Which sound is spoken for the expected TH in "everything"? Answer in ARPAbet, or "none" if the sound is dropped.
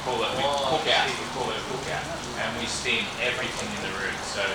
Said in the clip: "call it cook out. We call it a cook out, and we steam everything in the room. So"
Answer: TH